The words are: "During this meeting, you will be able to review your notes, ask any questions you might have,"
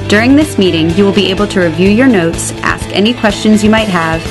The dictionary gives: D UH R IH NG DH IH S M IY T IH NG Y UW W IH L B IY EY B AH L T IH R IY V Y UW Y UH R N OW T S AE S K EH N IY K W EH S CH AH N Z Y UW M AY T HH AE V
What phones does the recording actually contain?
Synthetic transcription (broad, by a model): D UH R IH NG DH IH S M IY T IH NG Y UW W IH L B IY EY B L T IH R IY V Y UW Y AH R N OW T S AE S K EH N IY K W EH S CH AH N Z Y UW M AY T HH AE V